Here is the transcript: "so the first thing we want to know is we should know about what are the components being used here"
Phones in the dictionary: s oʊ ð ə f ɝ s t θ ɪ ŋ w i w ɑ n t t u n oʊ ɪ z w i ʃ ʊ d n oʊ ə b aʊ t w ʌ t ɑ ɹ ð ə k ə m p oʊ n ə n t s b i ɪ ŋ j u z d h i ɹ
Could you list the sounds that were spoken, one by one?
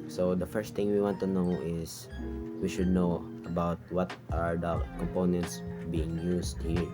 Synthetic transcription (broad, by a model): s oʊ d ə f ɝ s t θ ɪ ŋ w i w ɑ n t t u n oʊ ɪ s w i ʃ ʊ d n oʊ ə b aʊ t w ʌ t ɑ ɹ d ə k ə m p oʊ n ə n t s b i ɪ ŋ j u s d h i ɹ